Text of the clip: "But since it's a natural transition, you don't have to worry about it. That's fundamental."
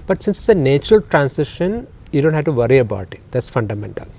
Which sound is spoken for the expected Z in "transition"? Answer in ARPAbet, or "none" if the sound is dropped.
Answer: S